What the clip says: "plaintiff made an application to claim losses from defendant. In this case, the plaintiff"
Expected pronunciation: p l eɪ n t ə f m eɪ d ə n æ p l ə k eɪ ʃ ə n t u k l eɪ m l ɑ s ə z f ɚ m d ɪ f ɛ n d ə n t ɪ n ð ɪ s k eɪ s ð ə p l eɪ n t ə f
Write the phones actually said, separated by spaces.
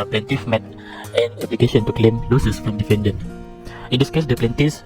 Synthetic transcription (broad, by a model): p l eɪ n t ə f m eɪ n ə n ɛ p l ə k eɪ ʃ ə n t u k l eɪ m l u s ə s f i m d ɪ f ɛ n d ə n ɪ n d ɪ s k eɪ s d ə p l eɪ n t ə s